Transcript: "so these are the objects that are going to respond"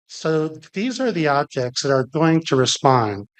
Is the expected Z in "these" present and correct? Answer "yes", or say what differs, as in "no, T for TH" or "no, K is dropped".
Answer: yes